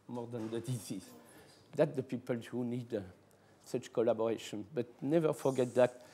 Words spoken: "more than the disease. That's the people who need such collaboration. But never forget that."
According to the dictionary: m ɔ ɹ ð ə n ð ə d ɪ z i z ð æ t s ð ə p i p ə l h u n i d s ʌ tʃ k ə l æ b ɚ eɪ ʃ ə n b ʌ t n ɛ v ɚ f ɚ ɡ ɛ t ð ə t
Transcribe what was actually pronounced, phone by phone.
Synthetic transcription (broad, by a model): m ɔ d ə n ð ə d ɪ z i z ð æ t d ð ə p i p ə l h u n i d s ʌ tʃ k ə l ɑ b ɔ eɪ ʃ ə n b ʌ t n ɛ v ɚ f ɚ ɡ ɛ t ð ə t